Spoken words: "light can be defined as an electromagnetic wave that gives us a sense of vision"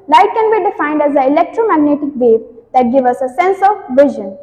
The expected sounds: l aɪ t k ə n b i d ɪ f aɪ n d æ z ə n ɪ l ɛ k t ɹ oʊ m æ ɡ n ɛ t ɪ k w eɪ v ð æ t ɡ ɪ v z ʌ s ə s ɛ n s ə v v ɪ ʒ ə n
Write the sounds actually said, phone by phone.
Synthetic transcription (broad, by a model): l aɪ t k ə n b i d ɪ f aɪ n d æ z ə ɪ l ɛ k t ɹ oʊ m æ ɡ n ɛ t ɪ k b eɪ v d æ t ɡ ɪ v ʌ s ə s ɛ n s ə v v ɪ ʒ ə n